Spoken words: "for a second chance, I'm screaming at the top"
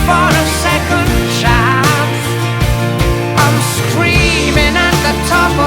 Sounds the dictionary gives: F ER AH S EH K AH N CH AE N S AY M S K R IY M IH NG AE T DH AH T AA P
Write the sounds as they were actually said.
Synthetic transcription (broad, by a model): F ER AH S EH K AH N SH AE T AY M S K R IY M IH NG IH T DH AH T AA P